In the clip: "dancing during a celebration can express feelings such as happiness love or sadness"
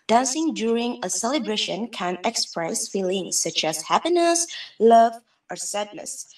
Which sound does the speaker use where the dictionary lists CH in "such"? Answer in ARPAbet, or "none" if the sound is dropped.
CH